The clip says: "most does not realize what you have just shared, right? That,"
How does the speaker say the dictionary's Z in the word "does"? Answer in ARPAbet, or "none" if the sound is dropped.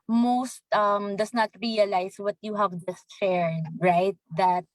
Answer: S